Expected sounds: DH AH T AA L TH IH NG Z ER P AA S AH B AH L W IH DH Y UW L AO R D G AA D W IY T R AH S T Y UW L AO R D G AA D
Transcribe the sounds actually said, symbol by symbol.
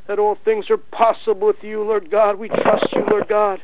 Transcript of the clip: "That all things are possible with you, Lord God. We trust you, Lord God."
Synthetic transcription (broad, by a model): DH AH T AA L TH IH NG Z ER P AA S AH B L W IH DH Y UW L AO R D G AA D W IY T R AH S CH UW L AO R D G AA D